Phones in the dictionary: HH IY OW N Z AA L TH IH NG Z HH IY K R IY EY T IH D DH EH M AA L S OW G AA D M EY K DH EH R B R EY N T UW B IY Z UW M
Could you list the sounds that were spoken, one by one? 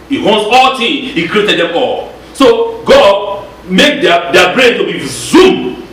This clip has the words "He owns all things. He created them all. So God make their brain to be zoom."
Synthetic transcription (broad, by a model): HH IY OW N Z AA L T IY HH IY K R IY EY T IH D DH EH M AA L S OW G AA D M EY K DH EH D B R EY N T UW B IY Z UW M